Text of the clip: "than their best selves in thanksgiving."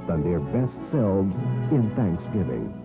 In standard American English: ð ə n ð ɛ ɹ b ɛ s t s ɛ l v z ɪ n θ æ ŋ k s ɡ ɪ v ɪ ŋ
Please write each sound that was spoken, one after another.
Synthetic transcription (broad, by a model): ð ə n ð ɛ ɹ b ɛ s t s ɛ l v z ɪ n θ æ ŋ k s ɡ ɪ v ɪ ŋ